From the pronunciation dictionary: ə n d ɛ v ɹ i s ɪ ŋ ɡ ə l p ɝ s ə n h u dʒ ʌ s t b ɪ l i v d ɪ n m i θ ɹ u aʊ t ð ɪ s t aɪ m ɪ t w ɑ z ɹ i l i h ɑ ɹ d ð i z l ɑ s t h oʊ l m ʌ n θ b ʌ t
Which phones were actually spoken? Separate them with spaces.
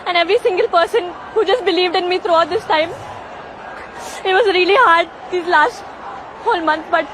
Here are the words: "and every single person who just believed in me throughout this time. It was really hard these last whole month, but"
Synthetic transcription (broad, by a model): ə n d ɛ v ɹ i s ɪ ŋ ɡ ə l p ɝ s ə n h u dʒ ʌ s t b ɪ l i v d ɪ n m i t ɹ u aʊ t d ɪ s t aɪ m ɪ t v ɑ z ɹ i l i h ɑ ɹ d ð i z l ɑ s t h oʊ l m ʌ n t b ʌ t